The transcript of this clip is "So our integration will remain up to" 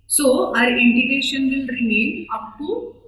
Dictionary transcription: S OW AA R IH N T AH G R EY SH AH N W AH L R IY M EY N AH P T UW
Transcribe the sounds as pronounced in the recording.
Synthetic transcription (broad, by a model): S OW AA R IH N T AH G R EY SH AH N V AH L R IY M EY N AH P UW